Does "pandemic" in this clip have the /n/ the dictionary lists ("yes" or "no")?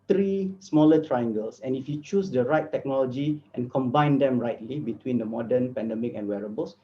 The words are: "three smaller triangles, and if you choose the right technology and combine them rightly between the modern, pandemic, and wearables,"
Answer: yes